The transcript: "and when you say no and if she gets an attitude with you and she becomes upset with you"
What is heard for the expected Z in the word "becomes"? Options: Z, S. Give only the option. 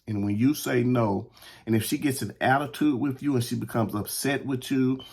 Z